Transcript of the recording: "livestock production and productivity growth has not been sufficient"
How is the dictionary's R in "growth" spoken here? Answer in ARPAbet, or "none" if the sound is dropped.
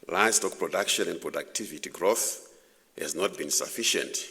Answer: R